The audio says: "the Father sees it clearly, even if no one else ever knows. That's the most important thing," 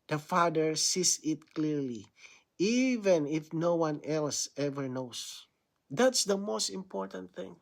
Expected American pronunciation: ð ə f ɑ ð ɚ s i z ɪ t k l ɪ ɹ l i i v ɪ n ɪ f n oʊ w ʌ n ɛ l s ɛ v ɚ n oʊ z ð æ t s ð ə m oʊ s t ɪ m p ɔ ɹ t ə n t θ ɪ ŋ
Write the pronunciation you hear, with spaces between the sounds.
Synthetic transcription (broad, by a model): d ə f ɑ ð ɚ s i s ɪ t k l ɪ ɹ l i i v ɪ n ɪ f n oʊ w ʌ n ɛ l s ɛ v ɚ n oʊ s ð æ t s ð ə m oʊ s t ɪ m p ɔ ɹ t ə n t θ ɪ ŋ